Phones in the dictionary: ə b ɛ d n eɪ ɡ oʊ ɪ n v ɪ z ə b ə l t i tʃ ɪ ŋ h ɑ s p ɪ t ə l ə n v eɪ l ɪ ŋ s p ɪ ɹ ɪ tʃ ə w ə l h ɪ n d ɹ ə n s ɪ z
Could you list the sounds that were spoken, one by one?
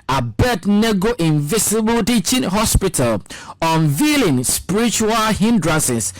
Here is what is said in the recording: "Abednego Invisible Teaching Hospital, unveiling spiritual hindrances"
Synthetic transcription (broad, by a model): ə b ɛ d n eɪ ɡ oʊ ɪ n v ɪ s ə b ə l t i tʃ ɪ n h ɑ s p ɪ t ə l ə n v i l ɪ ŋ s p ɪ ɹ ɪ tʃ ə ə l h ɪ n d ɹ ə n s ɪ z